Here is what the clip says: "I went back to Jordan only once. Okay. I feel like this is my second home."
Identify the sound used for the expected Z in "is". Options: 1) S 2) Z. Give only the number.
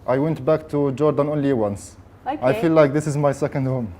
2